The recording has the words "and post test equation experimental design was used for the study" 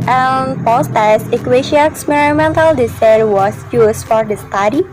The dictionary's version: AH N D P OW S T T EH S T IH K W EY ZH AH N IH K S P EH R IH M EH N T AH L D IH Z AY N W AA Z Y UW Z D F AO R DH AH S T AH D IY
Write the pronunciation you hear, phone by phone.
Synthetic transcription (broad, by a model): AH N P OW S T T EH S IH K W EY SH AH IH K S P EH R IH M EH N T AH L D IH S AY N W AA S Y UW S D F AO R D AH S T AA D IY